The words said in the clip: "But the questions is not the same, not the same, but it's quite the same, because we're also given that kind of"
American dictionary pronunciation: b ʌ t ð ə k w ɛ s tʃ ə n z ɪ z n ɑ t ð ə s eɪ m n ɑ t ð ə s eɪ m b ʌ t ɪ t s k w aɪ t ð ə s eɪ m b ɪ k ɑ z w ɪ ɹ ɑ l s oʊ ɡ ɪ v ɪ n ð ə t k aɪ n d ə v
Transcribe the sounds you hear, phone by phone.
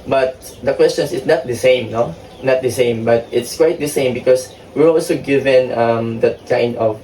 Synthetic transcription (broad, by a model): b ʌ t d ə k w ɛ s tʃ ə n s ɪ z n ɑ t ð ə s eɪ m n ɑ t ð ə s eɪ m b ʌ t ɪ t s k w aɪ t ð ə s eɪ m b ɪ k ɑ s w ɪ ɹ ɑ l s oʊ ɡ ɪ v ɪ n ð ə t k aɪ n d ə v